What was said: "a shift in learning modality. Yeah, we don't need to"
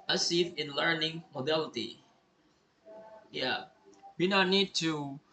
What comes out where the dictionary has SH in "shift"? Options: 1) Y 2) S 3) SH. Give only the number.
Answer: 2